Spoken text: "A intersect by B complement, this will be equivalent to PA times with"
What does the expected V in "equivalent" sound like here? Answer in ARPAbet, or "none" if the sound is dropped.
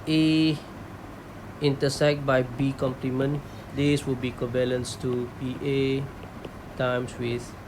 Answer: B